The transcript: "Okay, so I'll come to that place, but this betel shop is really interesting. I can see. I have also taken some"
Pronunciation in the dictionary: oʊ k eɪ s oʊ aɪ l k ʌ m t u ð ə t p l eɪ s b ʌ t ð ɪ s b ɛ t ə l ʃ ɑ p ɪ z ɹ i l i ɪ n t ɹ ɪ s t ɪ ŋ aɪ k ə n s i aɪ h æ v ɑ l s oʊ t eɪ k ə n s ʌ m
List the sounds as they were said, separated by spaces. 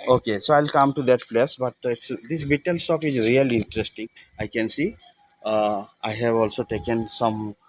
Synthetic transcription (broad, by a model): oʊ k eɪ s oʊ aɪ l k ʌ m t u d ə t p l eɪ s b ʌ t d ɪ s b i t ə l s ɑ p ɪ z ɹ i l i ɪ n t ɹ ɪ s t ɪ ŋ aɪ k ə n s i aɪ h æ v ɑ l s oʊ t eɪ k ə n s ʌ m